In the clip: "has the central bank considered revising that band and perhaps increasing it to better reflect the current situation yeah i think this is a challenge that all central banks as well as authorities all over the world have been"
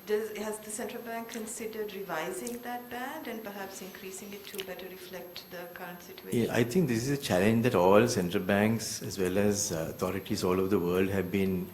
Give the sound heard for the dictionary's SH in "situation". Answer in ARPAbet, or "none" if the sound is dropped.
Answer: none